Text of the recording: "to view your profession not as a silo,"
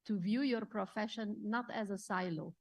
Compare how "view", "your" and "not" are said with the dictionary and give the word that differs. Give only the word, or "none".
none